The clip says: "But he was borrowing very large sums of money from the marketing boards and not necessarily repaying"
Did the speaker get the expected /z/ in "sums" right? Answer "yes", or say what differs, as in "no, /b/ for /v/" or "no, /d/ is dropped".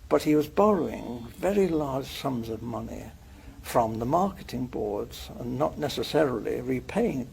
yes